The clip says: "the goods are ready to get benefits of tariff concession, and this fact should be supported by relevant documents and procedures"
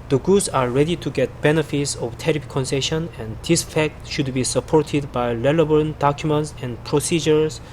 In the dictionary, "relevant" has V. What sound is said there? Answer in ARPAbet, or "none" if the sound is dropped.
B